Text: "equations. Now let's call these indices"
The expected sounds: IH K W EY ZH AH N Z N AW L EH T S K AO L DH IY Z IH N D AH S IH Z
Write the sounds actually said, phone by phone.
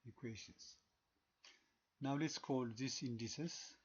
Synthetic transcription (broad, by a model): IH K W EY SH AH N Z N AW L EH T S K AO L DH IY S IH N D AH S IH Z